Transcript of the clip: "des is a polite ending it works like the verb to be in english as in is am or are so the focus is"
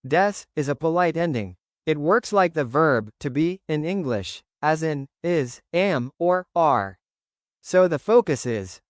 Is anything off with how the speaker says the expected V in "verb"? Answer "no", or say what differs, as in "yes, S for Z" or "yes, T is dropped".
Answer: no